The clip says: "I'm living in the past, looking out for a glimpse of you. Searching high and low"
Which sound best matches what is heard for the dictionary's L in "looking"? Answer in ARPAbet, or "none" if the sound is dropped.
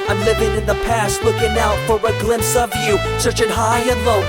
W